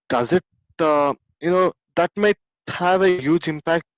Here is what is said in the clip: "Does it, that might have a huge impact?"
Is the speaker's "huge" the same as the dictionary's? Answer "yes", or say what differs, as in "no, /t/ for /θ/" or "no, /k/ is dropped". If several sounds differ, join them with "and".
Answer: yes